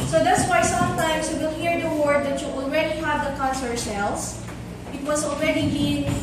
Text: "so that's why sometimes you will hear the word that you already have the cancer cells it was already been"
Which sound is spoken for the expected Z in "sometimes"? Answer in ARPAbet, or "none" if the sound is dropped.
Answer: S